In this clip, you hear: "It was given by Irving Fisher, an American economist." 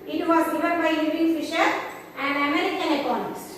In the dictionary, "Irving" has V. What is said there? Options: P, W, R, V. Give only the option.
P